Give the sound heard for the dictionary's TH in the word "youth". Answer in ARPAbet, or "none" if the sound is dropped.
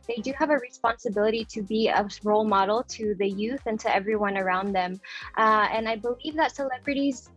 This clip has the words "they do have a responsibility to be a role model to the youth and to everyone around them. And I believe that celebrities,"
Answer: TH